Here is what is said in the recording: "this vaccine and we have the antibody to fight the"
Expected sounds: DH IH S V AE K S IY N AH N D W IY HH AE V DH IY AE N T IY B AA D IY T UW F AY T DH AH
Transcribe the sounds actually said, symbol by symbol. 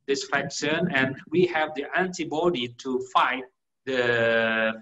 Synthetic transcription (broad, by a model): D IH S F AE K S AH N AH N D W IY HH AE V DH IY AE N T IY B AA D IY T UW F AY T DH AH